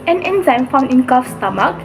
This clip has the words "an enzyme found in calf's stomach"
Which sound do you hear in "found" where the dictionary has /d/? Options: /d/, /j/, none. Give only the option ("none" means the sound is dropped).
none